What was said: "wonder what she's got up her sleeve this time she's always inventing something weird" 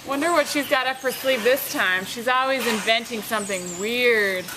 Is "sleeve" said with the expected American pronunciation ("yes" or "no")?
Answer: no